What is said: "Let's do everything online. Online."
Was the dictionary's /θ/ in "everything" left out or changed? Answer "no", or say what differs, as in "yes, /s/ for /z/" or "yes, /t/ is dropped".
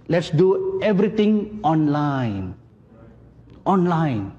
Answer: yes, /t/ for /θ/